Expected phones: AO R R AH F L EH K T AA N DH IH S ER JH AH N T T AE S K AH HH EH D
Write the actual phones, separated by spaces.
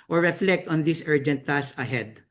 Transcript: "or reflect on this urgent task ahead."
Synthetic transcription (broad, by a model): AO R R AH F L EH K T AA N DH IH S ER JH AH N T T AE S AH HH EH D